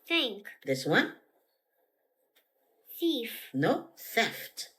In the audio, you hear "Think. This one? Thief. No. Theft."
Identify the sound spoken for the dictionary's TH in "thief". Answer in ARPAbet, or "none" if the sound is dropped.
S